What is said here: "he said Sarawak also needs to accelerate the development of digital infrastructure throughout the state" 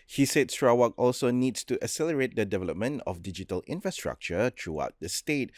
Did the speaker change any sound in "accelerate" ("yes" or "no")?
yes